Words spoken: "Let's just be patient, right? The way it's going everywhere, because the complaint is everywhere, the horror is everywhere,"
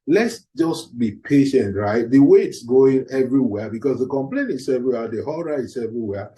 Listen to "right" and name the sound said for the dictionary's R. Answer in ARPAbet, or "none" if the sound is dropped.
R